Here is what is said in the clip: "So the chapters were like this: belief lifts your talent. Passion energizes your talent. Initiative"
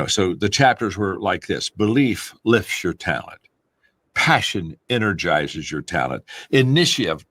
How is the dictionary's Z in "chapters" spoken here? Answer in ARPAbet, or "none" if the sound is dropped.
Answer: Z